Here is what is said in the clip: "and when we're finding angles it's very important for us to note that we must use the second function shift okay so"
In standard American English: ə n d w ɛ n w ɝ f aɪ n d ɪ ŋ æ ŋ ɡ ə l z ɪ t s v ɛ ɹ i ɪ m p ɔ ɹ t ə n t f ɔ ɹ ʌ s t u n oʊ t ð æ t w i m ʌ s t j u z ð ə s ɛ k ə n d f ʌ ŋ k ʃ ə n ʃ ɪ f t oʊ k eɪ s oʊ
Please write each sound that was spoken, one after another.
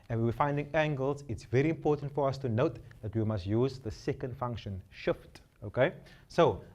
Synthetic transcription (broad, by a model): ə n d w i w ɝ f aɪ n d ɪ ŋ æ ŋ ɡ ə l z ɪ t s v ɛ ɹ i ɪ m p ɔ t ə n t f ɔ ɹ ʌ s t u n oʊ t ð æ t w i m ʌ s t j u z ð ə s ɛ k ə n d f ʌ ŋ k ʃ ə n ʃ ɪ f t oʊ k eɪ s oʊ